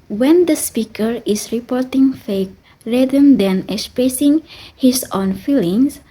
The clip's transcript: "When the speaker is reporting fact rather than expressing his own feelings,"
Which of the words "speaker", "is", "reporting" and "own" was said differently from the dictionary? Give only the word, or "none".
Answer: is